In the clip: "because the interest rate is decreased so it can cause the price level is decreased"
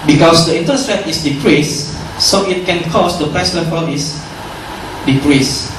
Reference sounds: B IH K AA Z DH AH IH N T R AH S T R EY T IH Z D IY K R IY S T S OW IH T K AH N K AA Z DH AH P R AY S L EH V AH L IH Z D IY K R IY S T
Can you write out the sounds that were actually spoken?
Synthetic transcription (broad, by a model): B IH K AA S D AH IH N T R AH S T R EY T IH S D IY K R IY S S OW IH T K AH N K AA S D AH P R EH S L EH P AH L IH S D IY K R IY S